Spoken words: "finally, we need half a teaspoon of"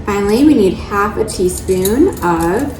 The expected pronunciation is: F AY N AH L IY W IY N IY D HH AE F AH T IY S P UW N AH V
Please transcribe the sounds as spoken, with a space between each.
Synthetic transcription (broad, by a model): F AY N L IY W IY N IY D HH AE F AH T IY S P UW N AH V